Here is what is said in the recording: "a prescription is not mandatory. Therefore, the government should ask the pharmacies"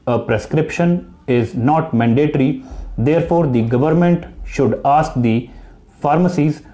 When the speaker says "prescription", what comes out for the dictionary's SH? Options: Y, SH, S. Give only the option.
SH